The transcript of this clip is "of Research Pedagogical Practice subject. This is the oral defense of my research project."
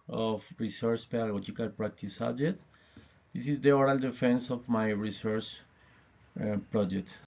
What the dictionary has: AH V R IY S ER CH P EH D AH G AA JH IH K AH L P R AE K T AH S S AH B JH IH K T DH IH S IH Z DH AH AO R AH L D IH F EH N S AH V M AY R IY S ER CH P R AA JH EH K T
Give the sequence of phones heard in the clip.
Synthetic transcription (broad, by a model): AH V R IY S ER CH P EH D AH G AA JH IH K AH L P R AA K T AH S S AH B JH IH T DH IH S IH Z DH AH AO R AH L D IH F EH N S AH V M AY R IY S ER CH P R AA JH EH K T